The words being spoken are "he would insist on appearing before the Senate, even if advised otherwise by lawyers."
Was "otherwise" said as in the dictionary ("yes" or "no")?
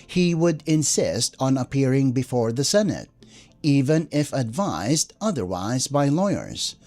yes